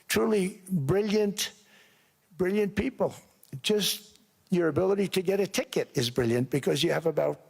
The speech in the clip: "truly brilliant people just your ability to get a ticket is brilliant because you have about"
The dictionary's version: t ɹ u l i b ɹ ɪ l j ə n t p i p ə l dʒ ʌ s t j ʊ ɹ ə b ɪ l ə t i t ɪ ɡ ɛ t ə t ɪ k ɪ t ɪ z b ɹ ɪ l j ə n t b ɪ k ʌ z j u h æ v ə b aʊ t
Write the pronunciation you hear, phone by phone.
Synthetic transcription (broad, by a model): t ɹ u l i b ɹ ɪ l j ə n t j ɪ p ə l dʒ ʌ s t j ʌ ɹ ə b ɪ l ə t i t ɪ ɡ ɛ t ə t ɪ k ɪ t ɪ z b ɹ ɪ l j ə n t b ɪ k ʌ z j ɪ v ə b aʊ t